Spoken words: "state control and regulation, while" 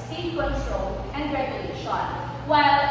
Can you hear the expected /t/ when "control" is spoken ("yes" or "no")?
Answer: no